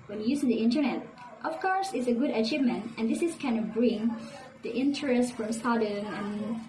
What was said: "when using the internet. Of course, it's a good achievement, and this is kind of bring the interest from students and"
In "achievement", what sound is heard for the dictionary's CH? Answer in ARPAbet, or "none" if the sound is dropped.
CH